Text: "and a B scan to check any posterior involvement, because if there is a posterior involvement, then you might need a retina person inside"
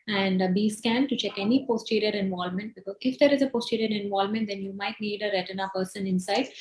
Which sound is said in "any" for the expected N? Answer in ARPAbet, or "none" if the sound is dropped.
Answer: N